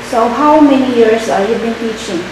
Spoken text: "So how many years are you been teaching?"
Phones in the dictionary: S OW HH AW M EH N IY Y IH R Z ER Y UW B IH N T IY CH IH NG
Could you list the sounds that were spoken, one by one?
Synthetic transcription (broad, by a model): S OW HH AW M EH N IY Y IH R S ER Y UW B IH N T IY CH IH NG